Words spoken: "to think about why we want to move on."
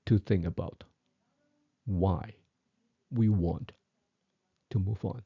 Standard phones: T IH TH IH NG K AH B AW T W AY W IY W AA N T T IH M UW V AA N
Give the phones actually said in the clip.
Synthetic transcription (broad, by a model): T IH TH IH NG AH B AW T W AY W IY W AA N T T IH M UW V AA N